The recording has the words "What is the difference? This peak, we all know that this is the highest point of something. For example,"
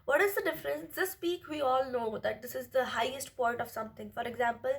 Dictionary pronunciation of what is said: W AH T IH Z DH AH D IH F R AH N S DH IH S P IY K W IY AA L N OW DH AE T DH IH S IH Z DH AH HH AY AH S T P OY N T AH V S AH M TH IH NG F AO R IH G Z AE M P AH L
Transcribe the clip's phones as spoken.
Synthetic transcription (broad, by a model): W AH T IH Z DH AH D IH F R AH N S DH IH S P IY K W IY AA L N OW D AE T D IH S IH Z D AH HH AY AH S T P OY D T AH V S AH M T IH NG F AO R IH G Z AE M P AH L